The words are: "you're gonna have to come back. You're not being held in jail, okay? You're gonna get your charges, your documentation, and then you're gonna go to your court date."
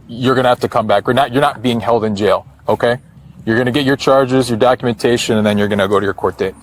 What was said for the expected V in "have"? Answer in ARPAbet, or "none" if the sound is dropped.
F